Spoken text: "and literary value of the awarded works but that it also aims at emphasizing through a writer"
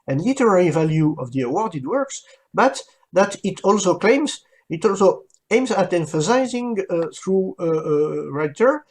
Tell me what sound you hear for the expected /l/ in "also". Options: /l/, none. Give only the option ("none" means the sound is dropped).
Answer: /l/